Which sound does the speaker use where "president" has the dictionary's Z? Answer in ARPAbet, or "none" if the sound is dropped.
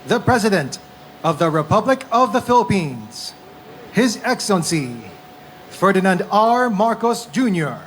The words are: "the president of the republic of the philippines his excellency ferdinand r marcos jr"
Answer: Z